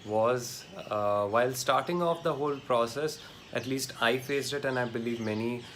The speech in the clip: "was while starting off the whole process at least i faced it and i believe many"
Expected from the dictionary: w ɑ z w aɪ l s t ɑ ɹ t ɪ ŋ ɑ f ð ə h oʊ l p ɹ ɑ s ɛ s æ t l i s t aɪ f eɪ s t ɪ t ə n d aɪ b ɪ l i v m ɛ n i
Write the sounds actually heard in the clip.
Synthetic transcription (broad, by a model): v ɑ z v aɪ l s t ɑ ɹ t ɪ ŋ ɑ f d ə h oʊ l p ɹ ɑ s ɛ s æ t l i s t aɪ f eɪ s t ɪ t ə n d aɪ b ɪ l i v m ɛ n i